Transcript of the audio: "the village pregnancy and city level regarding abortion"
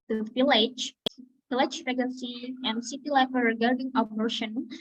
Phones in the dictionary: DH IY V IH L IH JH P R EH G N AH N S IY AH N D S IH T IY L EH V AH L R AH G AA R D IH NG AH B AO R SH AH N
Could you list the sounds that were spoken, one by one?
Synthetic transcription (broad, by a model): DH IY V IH L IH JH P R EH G AH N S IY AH N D S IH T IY L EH F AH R R AH G AA R D IH NG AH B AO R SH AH N